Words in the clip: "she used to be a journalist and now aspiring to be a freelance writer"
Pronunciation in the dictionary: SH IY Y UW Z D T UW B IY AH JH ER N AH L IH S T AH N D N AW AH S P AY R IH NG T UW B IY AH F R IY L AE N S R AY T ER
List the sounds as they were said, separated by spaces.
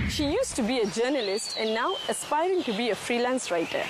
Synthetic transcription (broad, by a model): SH IY Y UW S T UW B IY AH JH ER N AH L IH S T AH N N AW AH S P AY R IH NG T UW B IY AH F R IY L AE N S R AY T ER